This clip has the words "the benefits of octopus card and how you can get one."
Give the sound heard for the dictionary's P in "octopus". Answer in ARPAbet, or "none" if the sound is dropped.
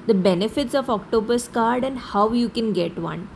B